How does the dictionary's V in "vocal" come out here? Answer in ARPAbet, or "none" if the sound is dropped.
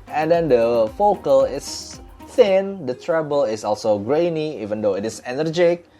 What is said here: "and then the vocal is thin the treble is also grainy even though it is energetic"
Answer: F